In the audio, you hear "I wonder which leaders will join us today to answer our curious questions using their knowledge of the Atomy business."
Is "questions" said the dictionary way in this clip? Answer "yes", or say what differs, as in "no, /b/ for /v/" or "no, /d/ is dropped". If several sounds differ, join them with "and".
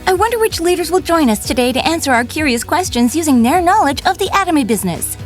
yes